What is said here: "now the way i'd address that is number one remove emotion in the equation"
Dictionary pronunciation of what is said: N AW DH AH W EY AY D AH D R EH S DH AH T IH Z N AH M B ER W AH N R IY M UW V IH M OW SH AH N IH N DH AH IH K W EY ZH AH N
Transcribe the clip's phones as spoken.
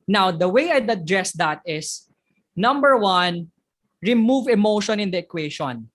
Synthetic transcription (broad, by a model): N AW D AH W EY AY D AH D R EH S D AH T IH S N AH M B ER W AH N R IY M UW V IH M OW SH AH N IH N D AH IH K W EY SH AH N